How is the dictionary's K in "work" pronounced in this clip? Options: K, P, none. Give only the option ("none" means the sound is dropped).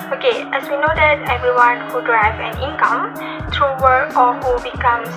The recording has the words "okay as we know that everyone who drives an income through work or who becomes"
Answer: none